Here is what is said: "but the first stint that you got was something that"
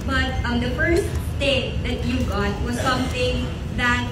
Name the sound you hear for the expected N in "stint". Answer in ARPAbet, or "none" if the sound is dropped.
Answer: none